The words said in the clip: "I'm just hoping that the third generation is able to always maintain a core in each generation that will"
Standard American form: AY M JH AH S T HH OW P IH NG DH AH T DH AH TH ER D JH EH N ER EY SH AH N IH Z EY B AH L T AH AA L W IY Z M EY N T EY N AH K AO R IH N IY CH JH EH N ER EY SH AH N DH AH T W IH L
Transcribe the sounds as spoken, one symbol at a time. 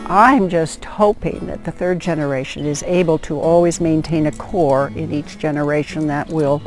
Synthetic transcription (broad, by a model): AY M JH AH S T HH OW P IH NG DH AH T DH AH TH ER D JH EH N ER EY SH AH N IH Z EY B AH L T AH AA L W IY Z M EY N T EY N AH K AO R IH N IY CH JH EH N ER EY SH AH N DH AH T W IH L